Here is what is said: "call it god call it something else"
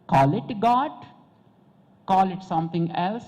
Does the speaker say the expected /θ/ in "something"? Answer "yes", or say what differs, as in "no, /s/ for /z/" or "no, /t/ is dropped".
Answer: no, /t/ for /θ/